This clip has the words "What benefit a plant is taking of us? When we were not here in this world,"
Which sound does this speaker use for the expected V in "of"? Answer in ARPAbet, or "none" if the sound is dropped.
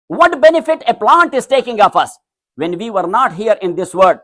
F